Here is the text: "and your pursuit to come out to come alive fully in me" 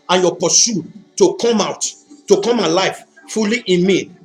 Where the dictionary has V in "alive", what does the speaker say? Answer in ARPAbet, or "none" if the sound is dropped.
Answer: F